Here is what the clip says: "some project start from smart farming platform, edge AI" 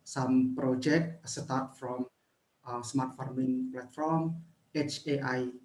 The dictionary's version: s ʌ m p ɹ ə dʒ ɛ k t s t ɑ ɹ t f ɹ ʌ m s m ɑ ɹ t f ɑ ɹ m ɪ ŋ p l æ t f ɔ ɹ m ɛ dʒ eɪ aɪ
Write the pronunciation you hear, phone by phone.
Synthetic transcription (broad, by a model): s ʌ m p ɹ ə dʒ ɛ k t s t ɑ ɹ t f ɹ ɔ m s m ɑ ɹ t f ɑ ɹ m ɪ ŋ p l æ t f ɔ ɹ m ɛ tʃ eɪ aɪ